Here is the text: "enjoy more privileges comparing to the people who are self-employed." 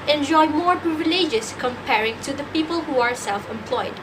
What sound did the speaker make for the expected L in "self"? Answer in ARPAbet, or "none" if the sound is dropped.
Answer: L